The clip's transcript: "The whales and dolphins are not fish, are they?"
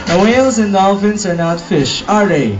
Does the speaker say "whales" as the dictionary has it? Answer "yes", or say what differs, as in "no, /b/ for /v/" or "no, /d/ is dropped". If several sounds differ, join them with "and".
yes